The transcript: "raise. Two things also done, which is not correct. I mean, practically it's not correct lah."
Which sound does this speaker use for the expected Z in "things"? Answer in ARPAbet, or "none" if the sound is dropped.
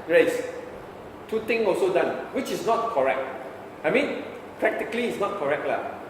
none